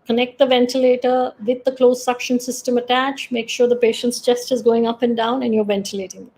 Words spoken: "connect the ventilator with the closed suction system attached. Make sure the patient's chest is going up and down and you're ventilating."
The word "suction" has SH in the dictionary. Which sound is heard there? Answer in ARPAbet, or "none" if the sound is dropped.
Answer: SH